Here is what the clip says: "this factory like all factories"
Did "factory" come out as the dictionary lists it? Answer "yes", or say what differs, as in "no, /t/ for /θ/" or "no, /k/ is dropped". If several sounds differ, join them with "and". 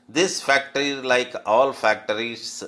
yes